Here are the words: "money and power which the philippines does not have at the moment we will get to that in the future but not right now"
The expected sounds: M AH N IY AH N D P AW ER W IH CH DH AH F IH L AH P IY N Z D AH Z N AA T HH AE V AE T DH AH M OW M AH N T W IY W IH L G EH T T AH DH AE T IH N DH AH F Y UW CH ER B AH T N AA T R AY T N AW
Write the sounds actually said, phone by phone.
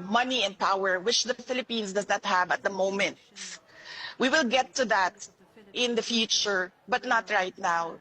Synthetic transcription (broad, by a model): M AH N IY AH N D P AW ER W IH CH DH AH F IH L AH P IY N S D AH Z N AA T HH AE V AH T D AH M OW M AH N T W IY W IH L G EH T T AH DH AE T IH N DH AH F Y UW CH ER B AH T N AA T R AY T N AW